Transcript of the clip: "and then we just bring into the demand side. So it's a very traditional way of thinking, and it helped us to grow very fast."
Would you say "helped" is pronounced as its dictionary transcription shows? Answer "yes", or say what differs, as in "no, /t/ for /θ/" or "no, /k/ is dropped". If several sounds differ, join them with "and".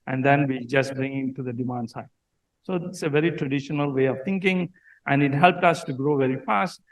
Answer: yes